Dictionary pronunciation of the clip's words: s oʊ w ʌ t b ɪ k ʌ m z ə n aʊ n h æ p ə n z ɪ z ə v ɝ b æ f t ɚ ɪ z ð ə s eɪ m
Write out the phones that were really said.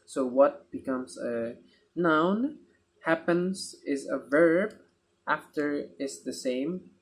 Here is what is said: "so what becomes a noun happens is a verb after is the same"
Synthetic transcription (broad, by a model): s oʊ w ʌ t b ɪ k ʌ m z ə n aʊ n h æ p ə n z ɪ z ə v ɝ b æ f t ɚ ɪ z ð ə s eɪ m